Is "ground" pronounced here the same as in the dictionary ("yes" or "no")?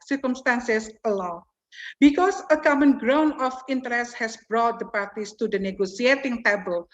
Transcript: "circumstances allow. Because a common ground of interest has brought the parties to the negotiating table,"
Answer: no